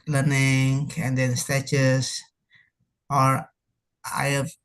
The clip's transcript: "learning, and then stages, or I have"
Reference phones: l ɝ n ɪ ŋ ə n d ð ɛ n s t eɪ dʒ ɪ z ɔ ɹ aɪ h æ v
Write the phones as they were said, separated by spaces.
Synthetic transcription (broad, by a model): l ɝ n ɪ ŋ ə n d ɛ n s t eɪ tʃ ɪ s ɔ ɹ aɪ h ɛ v